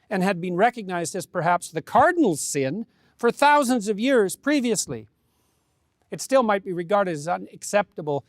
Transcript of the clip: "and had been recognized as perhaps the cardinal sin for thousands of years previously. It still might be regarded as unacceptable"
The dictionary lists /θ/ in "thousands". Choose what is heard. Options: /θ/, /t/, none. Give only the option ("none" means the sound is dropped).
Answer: /θ/